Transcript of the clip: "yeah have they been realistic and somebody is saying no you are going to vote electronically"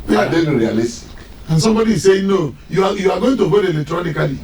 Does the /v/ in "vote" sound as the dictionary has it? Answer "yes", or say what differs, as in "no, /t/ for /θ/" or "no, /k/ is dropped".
no, /b/ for /v/